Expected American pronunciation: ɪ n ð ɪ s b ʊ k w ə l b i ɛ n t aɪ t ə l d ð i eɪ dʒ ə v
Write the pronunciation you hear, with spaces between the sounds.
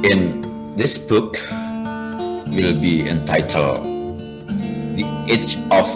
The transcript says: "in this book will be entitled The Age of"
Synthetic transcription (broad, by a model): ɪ n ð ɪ s b ʊ k w ə l b i ɛ n t aɪ t ə l d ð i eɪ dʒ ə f